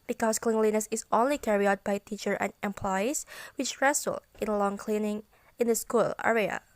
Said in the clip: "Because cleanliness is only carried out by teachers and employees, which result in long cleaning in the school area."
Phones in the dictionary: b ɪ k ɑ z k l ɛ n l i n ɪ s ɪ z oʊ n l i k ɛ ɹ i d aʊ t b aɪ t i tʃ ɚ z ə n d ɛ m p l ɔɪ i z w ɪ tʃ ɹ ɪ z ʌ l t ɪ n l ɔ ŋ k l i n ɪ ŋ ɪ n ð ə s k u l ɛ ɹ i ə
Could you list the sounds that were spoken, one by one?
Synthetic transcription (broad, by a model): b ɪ k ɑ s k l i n l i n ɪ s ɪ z oʊ n l i k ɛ ɹ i aʊ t b aɪ t i tʃ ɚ ə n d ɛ m p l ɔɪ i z w ɪ tʃ ɹ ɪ s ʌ l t ɪ n l ɔ ŋ k l i n ɪ ŋ ɪ n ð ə s k u l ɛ ɹ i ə